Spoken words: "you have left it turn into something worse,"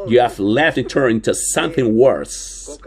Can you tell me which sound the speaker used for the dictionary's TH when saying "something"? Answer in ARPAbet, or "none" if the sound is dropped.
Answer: TH